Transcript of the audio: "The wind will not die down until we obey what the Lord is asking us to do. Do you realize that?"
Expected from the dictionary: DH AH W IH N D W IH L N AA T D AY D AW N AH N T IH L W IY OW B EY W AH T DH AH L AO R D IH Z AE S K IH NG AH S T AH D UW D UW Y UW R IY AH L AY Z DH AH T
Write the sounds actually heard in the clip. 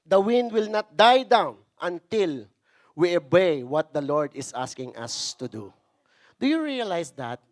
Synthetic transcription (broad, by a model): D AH W IH N D W IH L N AA T D AY D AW N AH N T IH L W IY OW B EY W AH T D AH L AO R D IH S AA S K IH NG AH S T AH D UW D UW Y UW R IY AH L AY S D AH T